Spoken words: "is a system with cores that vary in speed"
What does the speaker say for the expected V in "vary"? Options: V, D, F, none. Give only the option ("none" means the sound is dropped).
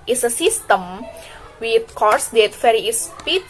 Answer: F